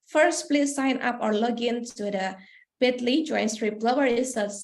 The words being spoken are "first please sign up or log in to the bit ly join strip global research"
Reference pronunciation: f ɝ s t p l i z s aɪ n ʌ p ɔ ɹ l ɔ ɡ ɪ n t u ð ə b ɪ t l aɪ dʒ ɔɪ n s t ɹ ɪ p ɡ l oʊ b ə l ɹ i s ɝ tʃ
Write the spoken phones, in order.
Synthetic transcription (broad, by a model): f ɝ s t p l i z s aɪ n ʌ p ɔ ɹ l ɔ ɡ ɪ n s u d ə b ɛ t l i dʒ ɔɪ n s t ɹ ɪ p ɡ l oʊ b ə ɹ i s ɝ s